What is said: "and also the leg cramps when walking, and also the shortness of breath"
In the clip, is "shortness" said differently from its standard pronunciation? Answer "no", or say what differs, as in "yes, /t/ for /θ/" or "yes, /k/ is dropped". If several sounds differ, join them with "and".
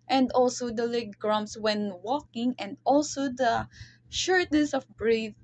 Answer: no